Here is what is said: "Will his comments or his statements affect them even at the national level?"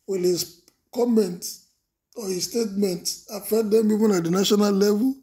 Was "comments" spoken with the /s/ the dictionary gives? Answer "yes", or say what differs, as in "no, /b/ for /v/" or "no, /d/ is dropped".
no, /s/ is dropped